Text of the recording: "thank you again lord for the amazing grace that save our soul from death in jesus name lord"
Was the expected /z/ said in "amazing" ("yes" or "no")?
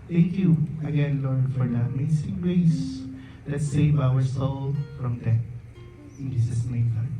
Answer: no